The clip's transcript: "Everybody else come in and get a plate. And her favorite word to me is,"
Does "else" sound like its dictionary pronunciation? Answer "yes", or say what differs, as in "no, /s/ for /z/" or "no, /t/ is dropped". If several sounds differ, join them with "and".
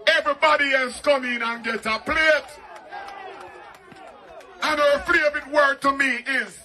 no, /l/ is dropped